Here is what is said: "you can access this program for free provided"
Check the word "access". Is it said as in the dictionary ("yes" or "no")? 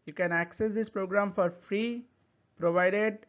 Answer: yes